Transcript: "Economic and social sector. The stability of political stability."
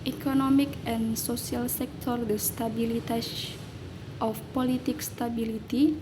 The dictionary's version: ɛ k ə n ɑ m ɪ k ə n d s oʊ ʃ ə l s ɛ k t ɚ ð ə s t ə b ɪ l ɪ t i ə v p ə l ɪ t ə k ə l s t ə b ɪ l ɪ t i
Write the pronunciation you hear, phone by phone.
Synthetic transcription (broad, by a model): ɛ k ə n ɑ m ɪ k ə n s oʊ s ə l s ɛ k t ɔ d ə s t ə b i l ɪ t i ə f p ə l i t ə k s t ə b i l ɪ t i